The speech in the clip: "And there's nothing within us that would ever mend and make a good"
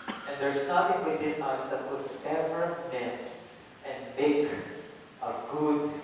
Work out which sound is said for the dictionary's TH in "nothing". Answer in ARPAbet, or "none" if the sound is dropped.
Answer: T